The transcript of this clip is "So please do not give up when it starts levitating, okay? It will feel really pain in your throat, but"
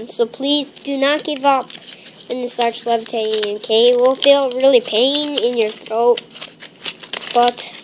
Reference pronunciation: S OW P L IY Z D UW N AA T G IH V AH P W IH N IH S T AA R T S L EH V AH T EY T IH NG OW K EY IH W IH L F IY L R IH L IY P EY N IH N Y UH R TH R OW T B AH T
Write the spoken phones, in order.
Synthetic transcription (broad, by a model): S OW P L IY Z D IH N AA T G IH V AH P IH N IH S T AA R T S L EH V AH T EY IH OW K EY IH W IH L F IY L R IH L IY P EY N IH N Y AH R TH R OW T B AH T